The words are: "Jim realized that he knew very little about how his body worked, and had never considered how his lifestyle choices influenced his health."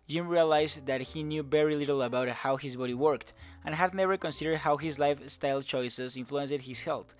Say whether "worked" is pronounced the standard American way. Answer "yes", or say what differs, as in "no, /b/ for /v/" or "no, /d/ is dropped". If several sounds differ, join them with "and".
yes